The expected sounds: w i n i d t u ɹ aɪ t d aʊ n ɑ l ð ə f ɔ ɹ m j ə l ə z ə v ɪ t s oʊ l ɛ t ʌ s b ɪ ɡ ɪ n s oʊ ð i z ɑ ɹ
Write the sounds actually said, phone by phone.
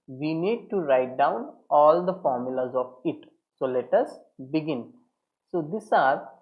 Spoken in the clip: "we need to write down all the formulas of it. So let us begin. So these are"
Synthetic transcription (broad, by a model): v i n i d t u ɹ aɪ t d aʊ n ɑ l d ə f ɔ ɹ m j ə l ə z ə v ɪ t s oʊ l ɛ t ʌ s b ɪ ɡ ɪ n s oʊ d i s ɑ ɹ